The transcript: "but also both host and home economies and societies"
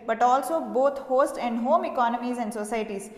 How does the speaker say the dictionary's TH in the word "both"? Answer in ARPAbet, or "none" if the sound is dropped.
T